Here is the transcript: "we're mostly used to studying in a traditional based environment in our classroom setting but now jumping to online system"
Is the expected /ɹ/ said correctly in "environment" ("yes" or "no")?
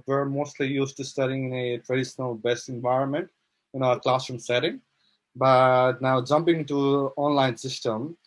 yes